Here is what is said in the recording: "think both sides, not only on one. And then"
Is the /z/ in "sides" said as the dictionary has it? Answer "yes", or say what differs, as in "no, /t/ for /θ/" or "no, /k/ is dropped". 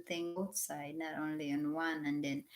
no, /z/ is dropped